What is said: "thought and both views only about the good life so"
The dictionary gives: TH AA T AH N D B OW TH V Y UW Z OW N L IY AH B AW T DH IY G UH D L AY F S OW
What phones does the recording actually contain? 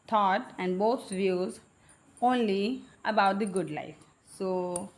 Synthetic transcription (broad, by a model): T AA T AH N D B OW T V Y UW Z OW N L IY AH B AW T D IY G UH D L AY F S OW